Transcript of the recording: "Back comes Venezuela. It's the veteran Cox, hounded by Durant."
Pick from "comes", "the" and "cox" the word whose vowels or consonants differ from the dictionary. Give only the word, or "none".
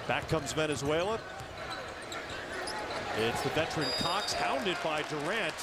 none